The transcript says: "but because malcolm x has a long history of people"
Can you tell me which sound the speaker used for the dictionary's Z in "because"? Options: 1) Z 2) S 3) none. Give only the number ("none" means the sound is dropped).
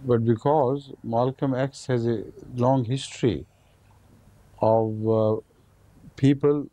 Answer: 1